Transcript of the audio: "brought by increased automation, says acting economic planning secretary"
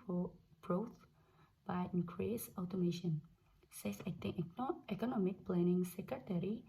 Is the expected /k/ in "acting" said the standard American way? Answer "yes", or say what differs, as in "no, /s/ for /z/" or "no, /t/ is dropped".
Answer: no, /k/ is dropped